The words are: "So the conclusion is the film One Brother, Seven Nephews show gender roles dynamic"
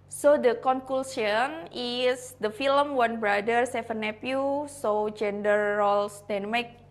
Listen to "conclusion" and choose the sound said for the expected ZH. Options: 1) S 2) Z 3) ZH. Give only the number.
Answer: 1